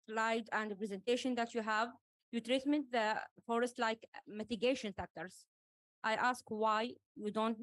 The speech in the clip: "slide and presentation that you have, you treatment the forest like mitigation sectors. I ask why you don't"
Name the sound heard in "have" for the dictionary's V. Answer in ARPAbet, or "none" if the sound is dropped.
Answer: V